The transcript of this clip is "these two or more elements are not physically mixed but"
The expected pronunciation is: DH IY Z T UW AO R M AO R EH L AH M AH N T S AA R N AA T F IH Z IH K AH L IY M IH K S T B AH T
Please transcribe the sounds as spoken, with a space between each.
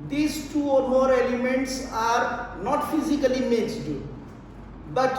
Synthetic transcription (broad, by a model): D IY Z T UW AO R M AO R EH L AH M AH N T S AA R N AA T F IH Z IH K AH L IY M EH S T B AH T